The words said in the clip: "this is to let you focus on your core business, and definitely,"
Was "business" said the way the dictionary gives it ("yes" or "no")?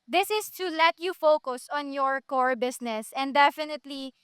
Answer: no